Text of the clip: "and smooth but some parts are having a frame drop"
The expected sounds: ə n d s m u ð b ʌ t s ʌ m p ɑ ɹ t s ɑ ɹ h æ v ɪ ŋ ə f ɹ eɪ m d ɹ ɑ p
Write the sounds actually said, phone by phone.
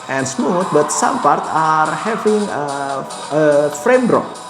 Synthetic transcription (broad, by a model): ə n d s m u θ b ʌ t s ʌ m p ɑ ɹ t ɑ ɹ h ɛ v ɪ ŋ ə f ɹ eɪ m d ɹ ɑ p